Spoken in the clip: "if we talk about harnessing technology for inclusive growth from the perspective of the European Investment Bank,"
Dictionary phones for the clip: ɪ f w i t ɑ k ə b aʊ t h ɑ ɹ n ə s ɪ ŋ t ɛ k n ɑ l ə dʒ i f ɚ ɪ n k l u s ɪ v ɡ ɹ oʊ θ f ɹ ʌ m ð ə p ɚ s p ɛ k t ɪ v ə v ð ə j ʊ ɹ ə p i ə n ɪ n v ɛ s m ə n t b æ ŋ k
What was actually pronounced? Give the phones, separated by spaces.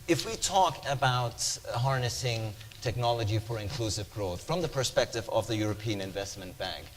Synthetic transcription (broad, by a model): ɪ f w i t ɑ k ə b aʊ t h ɑ ɹ n ə s ɪ ŋ t ɛ k n ɑ l ə dʒ i f ɚ ɪ n k l u s ɪ v ɡ ɹ oʊ θ f ɹ ʌ m ð ə p ɚ s p ɛ k t ɪ v ə v ð ə j ʊ ɹ ə p i ə n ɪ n v ɛ s m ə n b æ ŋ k